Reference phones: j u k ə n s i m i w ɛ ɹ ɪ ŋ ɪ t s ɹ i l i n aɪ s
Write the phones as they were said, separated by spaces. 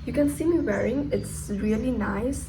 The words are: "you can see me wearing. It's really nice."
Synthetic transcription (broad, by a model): j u k ə n s i m i w ɛ ɹ ɪ ŋ ɪ t s ɹ i l i n aɪ s